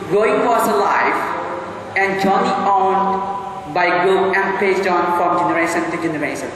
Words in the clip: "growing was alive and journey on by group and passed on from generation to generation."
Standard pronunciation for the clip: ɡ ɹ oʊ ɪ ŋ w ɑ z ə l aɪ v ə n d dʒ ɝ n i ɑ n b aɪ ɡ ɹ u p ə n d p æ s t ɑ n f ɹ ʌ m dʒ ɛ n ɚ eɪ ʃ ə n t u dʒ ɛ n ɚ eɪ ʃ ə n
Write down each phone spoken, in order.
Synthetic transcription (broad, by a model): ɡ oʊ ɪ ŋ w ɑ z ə l aɪ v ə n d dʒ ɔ n i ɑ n b aɪ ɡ ɔ ə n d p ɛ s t ɑ n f ɹ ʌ m dʒ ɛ n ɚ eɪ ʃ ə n t u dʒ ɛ n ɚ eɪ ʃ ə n